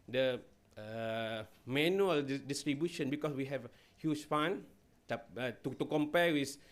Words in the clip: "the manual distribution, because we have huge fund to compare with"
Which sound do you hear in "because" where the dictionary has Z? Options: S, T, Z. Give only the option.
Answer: S